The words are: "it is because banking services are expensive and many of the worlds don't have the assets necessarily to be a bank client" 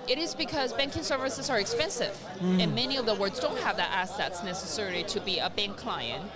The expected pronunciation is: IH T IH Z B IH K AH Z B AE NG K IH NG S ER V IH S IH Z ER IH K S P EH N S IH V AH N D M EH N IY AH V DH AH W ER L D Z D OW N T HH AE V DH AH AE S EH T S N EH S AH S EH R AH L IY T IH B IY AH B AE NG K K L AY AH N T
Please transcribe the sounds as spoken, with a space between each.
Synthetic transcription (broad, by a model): IH T IH Z B IH K AH Z B AE NG K IH NG S ER V IH S IH Z ER IH K S P EH N S IH V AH N M EH N IY AH V DH AH W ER D Z D OW N T HH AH V DH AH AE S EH T S N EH S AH S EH R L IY T IH B IY AH B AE NG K K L AY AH N T